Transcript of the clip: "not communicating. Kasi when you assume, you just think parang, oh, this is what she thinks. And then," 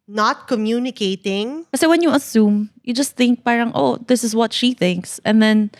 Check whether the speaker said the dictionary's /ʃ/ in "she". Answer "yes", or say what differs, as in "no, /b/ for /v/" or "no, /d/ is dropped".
yes